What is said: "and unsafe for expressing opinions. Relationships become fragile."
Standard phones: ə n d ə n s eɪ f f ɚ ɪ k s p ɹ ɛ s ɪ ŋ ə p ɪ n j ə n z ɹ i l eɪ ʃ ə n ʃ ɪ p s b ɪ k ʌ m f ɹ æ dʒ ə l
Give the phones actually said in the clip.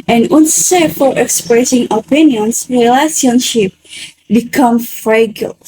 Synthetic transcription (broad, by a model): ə n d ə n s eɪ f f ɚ ɪ k s p ɹ ɛ s ɪ ŋ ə p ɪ n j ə n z ɹ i l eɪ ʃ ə n ʃ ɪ p b ɪ k ʌ m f ɹ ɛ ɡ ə l